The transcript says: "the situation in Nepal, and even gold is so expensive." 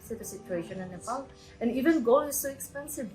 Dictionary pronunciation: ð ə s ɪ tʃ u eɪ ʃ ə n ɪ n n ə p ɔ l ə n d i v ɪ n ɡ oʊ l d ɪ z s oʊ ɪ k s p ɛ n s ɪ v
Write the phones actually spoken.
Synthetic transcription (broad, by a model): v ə s ɪ tʃ u eɪ ʃ ə n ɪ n n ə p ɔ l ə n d i v ɪ n ɡ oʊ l ɪ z s oʊ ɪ k s p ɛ n s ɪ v